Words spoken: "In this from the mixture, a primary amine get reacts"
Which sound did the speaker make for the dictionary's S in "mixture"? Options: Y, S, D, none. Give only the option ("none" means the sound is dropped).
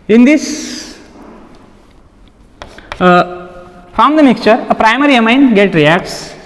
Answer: S